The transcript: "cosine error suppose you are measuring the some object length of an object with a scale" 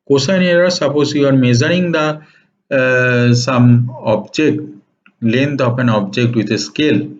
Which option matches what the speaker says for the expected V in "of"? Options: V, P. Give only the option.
P